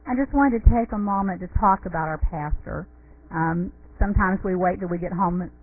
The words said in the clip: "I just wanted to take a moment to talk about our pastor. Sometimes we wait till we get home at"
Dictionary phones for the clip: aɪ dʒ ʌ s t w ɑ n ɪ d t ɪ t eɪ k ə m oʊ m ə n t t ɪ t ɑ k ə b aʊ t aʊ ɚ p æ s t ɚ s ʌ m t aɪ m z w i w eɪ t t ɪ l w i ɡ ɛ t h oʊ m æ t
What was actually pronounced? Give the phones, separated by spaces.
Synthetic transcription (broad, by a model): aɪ dʒ ʌ s t w ɑ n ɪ t ɪ t eɪ k ə m oʊ m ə n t t ɪ t ɑ k ə b aʊ t aʊ ɚ p æ s t ɚ s ʌ m t aɪ m z w i w eɪ t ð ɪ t w i ɡ ɛ t h oʊ m